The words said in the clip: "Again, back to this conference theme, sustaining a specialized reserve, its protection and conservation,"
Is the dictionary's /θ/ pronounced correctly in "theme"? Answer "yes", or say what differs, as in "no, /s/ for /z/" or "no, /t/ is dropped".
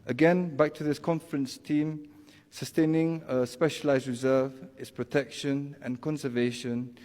no, /t/ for /θ/